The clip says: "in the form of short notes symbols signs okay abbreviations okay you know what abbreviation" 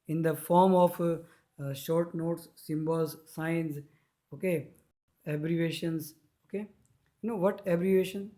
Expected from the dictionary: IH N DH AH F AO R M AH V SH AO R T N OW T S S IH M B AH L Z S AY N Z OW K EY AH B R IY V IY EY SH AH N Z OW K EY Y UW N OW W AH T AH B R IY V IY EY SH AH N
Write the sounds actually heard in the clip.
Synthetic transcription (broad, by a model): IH N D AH F AO R M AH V SH AO R T N OW T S S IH M B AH L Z S AY N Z OW K EY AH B R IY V EY SH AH N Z OW K EY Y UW N OW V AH T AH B R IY V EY SH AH N